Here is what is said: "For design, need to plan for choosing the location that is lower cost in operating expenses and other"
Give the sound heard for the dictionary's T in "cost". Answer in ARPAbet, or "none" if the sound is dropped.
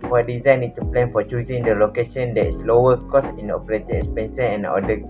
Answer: none